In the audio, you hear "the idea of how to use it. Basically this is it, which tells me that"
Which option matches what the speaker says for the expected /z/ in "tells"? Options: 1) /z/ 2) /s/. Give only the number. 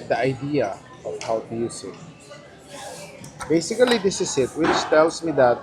2